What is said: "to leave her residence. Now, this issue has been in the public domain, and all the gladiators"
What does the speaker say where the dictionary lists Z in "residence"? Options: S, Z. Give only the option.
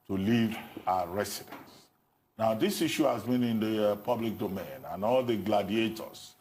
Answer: S